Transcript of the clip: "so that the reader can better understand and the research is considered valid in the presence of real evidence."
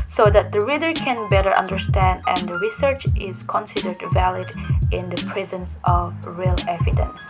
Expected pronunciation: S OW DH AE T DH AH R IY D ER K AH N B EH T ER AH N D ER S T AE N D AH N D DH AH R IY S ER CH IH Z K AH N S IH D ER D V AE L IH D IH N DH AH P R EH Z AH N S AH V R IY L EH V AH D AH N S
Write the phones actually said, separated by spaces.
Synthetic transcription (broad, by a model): S OW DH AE T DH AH R IY D ER K AH N B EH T ER AH N D ER S T AE N D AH N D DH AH R IY S ER CH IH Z K AH N S IH D ER D V AE L IH D IH N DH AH P R EH Z AH N S AH V R IY L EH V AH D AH N S